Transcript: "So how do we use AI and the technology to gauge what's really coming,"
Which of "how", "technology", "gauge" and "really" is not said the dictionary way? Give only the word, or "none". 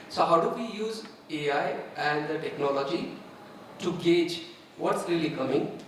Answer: none